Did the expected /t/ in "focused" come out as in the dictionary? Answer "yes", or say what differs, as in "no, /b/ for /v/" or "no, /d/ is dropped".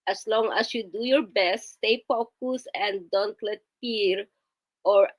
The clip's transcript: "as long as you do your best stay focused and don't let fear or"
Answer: no, /t/ is dropped